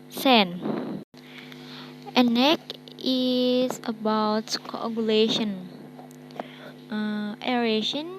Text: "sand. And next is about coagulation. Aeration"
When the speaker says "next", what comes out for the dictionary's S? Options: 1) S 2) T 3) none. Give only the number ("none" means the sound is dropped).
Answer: 3